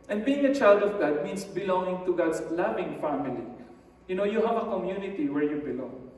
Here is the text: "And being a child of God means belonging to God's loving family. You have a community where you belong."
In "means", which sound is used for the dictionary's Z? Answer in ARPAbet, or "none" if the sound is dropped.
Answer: S